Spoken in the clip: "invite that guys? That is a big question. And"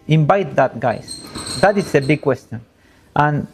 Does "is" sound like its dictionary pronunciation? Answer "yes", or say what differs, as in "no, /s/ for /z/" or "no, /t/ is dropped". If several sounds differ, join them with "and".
no, /s/ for /z/